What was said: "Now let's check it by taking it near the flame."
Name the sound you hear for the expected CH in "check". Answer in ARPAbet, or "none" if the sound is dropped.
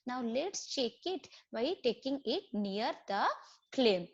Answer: CH